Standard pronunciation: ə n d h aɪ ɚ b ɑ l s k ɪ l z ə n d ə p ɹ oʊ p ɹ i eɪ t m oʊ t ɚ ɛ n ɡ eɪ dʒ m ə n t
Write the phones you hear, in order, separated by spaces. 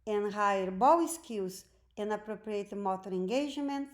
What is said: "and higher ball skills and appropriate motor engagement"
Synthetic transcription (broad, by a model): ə n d h aɪ ɚ b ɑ w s k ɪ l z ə n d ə p ɹ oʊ p ɹ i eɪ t m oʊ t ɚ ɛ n ɡ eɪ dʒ m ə n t